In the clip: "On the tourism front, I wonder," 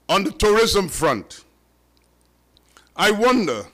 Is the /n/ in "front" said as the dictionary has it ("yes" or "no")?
yes